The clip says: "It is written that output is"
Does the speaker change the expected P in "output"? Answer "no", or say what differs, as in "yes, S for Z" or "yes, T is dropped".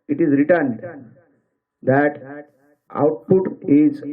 no